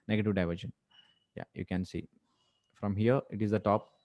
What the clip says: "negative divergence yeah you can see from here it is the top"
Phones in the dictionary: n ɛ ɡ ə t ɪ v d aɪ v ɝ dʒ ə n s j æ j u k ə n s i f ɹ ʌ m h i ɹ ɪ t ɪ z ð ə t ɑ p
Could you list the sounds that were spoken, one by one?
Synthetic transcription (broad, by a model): n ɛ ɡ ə t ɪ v d aɪ v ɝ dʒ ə n j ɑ j u k ə n s i f ɹ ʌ m h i ɹ ɪ t ɪ z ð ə t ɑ p